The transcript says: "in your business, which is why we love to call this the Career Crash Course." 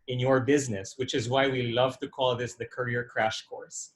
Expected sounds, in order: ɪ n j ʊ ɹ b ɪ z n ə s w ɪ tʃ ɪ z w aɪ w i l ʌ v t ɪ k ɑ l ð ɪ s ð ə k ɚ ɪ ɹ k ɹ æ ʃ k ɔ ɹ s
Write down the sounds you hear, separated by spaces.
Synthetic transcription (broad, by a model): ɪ n j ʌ ɹ b ɪ z n ə s w ɪ tʃ ɪ z w aɪ w i l ʌ v t ɪ k ɑ l ð ɪ s ð ə k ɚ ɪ ɹ k ɹ æ ʃ k ɔ ɹ s